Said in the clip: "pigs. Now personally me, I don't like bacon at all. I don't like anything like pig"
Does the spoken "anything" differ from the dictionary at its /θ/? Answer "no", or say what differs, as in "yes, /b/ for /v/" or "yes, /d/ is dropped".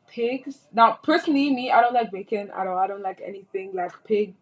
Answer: no